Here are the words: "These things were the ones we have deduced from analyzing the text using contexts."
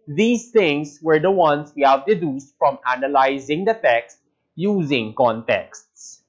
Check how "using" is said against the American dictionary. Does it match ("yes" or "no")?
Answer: yes